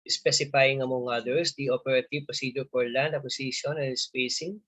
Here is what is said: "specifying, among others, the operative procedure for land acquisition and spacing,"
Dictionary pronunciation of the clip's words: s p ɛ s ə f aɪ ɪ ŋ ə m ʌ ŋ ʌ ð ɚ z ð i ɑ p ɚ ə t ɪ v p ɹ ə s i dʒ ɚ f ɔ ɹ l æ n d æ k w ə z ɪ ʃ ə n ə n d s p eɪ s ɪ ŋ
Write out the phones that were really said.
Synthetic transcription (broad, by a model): s p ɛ s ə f aɪ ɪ ŋ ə m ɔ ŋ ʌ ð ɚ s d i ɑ p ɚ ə t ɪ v p ə s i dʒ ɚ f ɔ ɹ l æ n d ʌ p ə s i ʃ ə n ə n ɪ s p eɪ s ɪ ŋ